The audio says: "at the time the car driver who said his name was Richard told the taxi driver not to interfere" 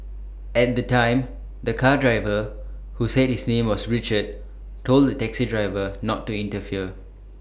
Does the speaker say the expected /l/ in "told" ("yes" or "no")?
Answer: yes